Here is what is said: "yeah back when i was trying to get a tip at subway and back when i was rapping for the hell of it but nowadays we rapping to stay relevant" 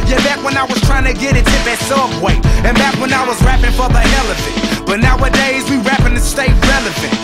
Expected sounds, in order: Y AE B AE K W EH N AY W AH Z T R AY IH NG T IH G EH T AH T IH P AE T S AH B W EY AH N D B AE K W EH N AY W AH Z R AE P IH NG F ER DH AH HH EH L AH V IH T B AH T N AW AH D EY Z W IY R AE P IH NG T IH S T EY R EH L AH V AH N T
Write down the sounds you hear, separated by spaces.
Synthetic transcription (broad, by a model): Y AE B AE K W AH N AY W AH Z T R AY IH NG T IH G EH T AH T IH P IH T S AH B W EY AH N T B AE K W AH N AY W AH Z R AE P IH NG F ER DH AH HH EH L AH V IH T B AH T N AW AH D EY Z W IY R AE P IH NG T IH S T EY R EH L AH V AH N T